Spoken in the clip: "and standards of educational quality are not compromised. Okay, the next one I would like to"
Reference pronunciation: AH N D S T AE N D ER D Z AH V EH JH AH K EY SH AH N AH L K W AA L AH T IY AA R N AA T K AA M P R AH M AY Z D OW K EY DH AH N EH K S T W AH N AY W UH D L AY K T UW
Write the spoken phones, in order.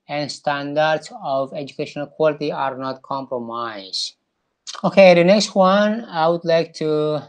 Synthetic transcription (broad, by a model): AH N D S T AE N D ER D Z AH V EH JH AH K EY SH AH N AH L K W AA L AH T IY AA R N AA T K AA M P R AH M AY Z OW K EY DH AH N EH K S T W AH N AY W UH D L AY K T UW